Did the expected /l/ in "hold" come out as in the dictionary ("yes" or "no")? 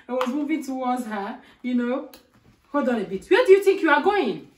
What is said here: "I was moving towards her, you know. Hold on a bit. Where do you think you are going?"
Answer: no